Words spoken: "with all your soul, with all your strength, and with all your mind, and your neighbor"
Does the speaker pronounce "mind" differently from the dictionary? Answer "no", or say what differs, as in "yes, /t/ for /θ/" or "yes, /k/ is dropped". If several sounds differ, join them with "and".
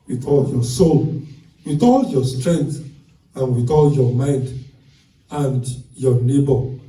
no